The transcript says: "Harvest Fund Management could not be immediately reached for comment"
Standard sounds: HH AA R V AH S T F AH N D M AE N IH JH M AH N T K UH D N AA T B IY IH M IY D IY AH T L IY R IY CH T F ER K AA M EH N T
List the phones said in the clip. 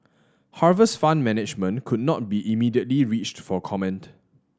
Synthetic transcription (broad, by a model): HH AA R V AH S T F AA N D M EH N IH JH M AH N K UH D N AA T B IY IH M IY D IY AH T L IY R IY CH T F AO K AA M EH N T